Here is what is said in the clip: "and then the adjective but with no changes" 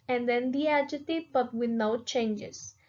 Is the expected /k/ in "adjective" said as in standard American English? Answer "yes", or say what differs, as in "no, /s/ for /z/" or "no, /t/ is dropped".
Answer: no, /k/ is dropped